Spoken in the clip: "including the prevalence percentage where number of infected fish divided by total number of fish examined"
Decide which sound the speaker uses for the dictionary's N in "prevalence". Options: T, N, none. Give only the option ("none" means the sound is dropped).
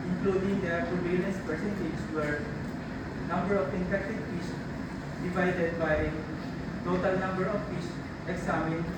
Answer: none